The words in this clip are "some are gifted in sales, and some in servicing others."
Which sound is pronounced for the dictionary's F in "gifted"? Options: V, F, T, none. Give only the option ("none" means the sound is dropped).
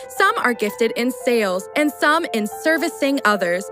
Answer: F